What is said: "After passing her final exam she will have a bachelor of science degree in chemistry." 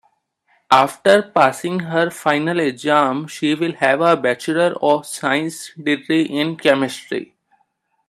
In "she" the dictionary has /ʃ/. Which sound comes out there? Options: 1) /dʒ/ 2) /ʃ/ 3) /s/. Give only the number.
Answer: 2